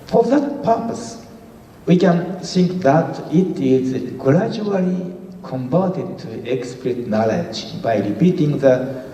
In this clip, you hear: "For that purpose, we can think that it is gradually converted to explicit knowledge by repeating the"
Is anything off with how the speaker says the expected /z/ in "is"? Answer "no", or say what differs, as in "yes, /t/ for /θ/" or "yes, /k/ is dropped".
no